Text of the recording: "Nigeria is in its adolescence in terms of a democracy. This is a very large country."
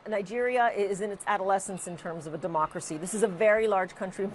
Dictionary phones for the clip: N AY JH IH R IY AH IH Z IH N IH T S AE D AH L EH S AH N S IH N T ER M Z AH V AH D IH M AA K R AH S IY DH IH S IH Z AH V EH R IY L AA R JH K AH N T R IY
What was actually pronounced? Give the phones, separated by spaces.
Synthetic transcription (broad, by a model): N AY JH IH R IY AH IH Z IH N IH T S AE D AH L EH S AH N S IH N T ER M Z AH V AH D IH M AA K R AH S IY DH IH S IH Z AH V EH R IY L AA R JH K AH N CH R IY